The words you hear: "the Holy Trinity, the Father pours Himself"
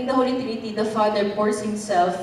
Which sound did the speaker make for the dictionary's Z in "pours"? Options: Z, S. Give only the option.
S